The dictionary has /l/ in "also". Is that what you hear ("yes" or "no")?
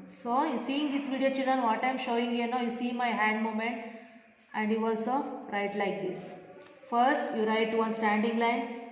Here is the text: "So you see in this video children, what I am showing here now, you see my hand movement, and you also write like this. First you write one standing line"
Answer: yes